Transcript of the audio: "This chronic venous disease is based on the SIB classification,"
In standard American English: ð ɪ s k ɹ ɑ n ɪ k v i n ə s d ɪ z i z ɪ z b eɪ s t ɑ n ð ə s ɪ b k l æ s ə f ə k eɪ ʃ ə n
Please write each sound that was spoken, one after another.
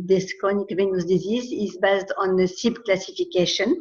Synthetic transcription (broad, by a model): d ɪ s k ɑ n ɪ k v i n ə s d ɪ z i z ɪ z b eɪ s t ɑ n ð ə s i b k l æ s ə f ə k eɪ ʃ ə n